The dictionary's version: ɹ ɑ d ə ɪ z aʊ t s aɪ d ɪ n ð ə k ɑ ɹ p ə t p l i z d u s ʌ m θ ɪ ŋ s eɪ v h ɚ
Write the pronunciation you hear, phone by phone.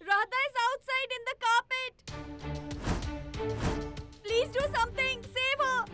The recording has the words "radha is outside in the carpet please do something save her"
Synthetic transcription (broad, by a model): ɹ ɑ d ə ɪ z aʊ t s aɪ d ɪ n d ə k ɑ p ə t p l i z d u s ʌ m t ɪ ŋ s eɪ v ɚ